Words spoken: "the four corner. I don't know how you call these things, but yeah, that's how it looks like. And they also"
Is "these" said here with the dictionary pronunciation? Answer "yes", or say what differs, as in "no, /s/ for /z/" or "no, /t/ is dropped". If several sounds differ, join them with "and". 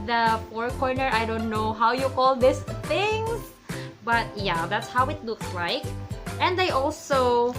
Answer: no, /s/ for /z/